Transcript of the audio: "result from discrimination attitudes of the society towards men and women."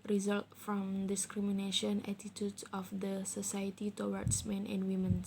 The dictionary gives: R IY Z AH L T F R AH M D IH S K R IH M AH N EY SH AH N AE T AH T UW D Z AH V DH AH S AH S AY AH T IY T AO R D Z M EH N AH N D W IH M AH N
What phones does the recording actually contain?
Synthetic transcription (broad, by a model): R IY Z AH L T F R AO M D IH S K R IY M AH N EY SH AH N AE T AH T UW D S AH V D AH S AH S AY AH T IY T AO W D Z M EH N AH N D W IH M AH N